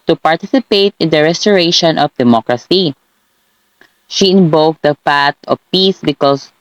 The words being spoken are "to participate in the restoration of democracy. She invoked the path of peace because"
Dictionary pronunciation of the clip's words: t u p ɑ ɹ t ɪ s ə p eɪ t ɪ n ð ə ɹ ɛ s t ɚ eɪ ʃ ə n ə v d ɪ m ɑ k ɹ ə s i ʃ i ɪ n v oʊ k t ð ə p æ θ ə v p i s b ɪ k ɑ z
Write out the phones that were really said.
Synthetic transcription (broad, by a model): t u p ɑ ɹ t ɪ s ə p eɪ t ɪ n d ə ɹ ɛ s t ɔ eɪ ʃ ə n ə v d ɪ m ɑ k ɹ ə s i ʃ i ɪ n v oʊ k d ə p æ t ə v p i s b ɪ k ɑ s